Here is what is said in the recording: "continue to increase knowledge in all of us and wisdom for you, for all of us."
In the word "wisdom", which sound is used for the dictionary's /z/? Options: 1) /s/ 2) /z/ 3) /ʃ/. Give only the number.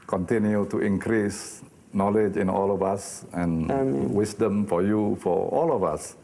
1